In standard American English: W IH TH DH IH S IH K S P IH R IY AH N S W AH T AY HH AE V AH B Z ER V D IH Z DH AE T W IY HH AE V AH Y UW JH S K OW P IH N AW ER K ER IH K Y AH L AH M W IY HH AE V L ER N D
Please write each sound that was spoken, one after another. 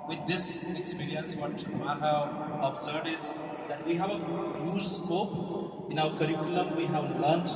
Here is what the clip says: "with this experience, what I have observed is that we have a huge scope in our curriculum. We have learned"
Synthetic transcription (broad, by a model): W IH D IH S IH K S P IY R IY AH N S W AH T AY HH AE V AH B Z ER D IH Z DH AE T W IY HH AE V AH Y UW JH S K OW P IH N AW ER K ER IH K Y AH L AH M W IY HH AE V L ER N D